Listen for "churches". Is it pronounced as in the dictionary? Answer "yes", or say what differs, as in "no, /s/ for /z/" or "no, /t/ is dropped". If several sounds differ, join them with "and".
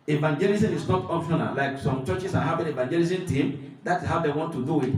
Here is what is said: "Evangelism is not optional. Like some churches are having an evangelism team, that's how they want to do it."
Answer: no, /s/ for /z/